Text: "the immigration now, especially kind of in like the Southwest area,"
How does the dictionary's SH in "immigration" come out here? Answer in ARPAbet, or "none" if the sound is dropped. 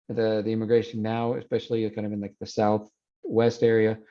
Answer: none